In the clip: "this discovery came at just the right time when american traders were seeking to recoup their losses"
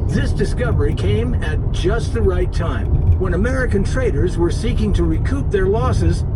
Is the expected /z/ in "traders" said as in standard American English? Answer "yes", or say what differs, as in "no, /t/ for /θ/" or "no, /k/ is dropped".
yes